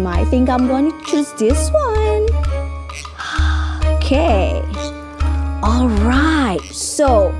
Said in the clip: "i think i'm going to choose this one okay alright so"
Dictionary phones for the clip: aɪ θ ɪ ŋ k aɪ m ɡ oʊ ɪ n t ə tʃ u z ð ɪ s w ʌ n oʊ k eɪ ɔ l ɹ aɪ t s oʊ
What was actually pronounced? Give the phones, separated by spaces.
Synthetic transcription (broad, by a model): aɪ θ ɪ ŋ k aɪ m ɡ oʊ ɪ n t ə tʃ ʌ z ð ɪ s w ʌ n oʊ k eɪ ɔ l ɹ aɪ t s oʊ